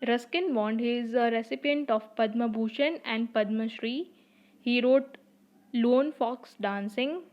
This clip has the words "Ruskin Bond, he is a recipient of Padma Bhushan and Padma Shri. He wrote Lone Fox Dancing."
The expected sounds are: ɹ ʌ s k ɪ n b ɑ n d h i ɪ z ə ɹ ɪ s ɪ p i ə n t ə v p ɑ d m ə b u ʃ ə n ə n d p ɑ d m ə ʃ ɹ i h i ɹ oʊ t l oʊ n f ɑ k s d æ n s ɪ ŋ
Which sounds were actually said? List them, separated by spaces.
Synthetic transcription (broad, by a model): ɹ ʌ s k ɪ n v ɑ n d h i ɪ z ə ɹ ɪ s ɪ p i ə n t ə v p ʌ d m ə b u ʃ ə n ə n d p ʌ d m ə ʃ ɹ i h i ɹ oʊ t l oʊ n f ɑ k s d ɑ n s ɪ ŋ